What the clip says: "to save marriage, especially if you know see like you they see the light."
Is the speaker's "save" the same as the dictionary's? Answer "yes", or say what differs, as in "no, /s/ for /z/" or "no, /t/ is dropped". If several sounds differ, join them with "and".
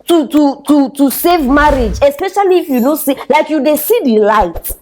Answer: yes